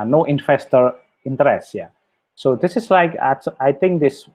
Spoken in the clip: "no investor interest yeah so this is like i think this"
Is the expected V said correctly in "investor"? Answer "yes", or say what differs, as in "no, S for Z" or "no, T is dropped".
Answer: no, F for V